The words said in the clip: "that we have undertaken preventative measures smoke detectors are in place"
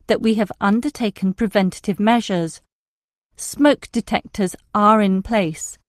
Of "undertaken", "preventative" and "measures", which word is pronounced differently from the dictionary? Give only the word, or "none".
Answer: none